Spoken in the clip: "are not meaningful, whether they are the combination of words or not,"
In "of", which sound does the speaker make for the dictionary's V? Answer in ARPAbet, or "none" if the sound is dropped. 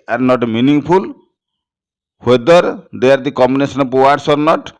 P